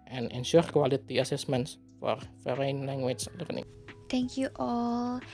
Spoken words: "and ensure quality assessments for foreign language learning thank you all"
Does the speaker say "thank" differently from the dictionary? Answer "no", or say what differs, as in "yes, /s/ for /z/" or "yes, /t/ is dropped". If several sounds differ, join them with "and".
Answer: yes, /t/ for /θ/